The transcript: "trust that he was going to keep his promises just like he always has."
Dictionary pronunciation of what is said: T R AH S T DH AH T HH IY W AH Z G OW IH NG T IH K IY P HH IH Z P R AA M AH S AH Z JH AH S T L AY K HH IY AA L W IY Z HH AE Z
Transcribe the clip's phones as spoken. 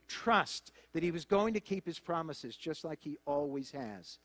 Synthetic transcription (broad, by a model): T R AH S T DH AH T HH IY W AH Z G OW IH NG T IH K IY P HH IH Z P R AA M AH S AH Z JH AH S T L AY K HH IY AA L W IY Z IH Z